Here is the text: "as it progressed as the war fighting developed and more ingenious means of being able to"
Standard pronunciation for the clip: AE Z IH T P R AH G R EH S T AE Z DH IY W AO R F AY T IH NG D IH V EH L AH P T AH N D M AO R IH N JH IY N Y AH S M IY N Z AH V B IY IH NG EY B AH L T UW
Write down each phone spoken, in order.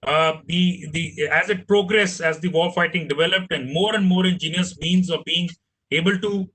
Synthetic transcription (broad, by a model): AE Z IH T P R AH G R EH S AE Z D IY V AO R F AY T IH NG D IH V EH L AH P T AH N D M AO R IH N JH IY N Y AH S M IY N Z AH V B IY IH NG EY B AH L T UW